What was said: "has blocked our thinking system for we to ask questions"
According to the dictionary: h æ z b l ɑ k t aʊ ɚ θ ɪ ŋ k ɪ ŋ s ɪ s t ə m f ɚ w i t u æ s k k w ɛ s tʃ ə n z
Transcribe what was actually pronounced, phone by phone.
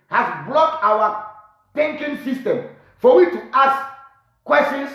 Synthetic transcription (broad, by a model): h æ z b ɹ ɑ t aʊ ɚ t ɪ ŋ k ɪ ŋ s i s t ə m f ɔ w i t u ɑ s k k w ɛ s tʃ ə n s